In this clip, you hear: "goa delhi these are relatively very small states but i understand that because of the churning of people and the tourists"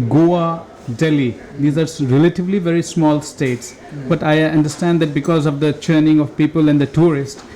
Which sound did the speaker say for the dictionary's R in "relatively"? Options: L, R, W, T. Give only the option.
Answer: R